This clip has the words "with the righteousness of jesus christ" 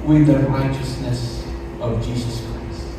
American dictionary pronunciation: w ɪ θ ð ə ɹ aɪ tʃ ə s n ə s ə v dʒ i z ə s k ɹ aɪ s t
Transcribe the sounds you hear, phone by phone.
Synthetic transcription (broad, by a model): w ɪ ð ə ɹ aɪ tʃ ə s n ə s ə v dʒ i z ə s k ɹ aɪ s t